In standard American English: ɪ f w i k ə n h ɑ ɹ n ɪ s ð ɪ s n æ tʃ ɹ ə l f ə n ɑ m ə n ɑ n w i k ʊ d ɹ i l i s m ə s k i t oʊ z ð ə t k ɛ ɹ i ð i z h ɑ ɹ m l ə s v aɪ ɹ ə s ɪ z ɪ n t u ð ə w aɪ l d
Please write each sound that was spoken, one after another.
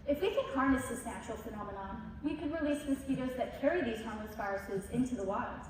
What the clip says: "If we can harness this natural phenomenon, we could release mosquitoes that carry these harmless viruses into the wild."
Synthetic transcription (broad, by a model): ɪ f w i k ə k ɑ ɹ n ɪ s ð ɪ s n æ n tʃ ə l f ə n ɑ m ə n ɑ n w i k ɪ d ɹ i l i s m ə s k i t oʊ z ð ə t k ɛ ɹ i ð i z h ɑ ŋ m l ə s f aɪ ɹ s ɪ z ɪ n t u ð ə w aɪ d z